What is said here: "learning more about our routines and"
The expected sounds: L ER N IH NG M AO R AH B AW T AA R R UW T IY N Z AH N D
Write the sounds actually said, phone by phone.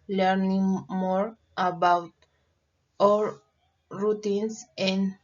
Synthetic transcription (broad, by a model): L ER N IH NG M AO R AH B AW T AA L R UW T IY N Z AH N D